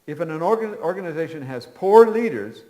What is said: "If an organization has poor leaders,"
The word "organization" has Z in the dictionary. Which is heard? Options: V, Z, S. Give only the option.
Z